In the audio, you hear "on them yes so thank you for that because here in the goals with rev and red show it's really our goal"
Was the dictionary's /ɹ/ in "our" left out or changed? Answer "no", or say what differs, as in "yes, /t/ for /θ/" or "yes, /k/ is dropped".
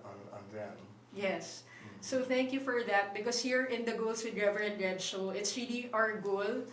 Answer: no